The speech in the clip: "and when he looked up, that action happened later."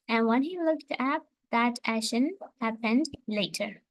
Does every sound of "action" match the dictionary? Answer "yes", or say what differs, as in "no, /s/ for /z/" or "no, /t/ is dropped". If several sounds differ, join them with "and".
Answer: no, /k/ is dropped